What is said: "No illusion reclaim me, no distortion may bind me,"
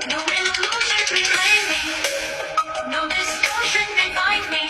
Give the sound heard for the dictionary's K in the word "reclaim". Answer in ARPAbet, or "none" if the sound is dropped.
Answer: none